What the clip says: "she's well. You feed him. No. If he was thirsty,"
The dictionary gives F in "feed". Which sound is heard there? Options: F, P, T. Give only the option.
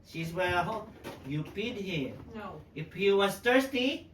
P